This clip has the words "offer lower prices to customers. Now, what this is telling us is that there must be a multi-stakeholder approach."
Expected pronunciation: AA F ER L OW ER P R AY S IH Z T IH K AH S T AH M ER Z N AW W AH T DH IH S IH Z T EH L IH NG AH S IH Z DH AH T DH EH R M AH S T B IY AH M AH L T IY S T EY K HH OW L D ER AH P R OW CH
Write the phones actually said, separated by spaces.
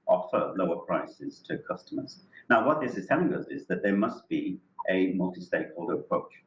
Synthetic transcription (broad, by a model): AA F ER L OW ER P R AY S IH Z T IH K AH S T AH M ER Z N AW W AH T DH IH S IH Z T EH L IH NG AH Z IH Z DH AH T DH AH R M AH S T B IY AH M AH L T IY S T EY K HH OW L D ER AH P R OW CH